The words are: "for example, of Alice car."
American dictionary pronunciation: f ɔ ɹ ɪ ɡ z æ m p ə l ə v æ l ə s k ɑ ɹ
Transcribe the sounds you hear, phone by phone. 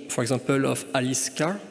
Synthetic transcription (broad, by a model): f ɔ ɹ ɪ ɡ z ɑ p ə l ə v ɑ l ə s k ɑ